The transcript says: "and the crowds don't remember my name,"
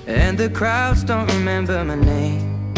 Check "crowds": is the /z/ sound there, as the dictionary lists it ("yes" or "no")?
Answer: yes